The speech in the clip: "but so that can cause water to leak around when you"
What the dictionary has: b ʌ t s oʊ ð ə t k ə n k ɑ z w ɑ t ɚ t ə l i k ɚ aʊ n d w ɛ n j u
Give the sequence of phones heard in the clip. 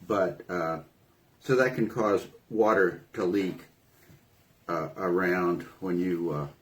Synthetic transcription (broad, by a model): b ʌ t s oʊ ð ə t k ə n k ɑ z w ɑ t ɚ t ə l i k ɚ aʊ n d w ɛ n j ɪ